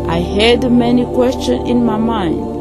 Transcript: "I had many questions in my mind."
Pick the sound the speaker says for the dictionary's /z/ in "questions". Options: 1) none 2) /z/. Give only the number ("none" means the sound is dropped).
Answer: 1